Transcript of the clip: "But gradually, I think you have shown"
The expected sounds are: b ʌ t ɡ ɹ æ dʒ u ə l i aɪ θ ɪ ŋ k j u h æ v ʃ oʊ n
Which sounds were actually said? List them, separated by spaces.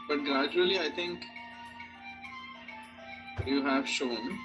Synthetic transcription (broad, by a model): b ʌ t ɡ ɹ æ dʒ u ə l i aɪ t ɪ ŋ k j u h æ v ʃ oʊ n